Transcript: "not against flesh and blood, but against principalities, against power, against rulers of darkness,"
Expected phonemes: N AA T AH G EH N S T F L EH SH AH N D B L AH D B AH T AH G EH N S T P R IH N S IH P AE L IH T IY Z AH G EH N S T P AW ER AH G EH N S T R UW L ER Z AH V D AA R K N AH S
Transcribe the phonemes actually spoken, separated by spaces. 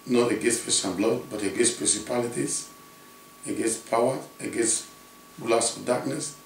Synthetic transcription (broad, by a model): N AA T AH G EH S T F EH S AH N B L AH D B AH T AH G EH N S P R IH N S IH P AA L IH T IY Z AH G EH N S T P AW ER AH G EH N S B L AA S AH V D AA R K N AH S